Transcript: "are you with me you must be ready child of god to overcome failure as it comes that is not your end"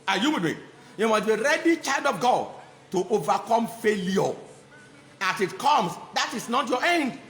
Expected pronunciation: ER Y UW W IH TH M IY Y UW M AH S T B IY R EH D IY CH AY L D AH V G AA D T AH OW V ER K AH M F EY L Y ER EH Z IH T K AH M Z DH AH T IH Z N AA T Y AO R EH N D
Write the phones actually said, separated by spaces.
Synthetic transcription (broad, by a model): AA Y UW W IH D M IY Y UW M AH S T B IY R EH D IY CH AY L D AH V G AA D T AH OW V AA K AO M F EY L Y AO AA S IH T K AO M S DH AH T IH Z N AA T Y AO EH N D